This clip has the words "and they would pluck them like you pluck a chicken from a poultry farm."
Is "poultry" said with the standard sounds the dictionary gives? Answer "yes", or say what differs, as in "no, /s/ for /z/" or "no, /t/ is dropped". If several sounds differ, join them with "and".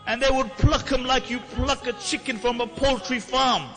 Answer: yes